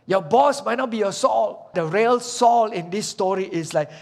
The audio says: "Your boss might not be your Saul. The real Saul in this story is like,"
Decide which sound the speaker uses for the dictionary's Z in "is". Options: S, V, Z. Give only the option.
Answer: S